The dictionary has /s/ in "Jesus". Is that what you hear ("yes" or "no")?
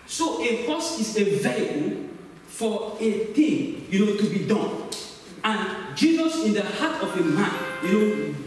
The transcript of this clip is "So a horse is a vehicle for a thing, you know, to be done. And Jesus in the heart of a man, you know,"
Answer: yes